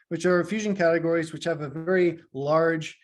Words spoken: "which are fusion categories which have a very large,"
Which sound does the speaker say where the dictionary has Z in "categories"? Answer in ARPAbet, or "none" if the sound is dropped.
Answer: Z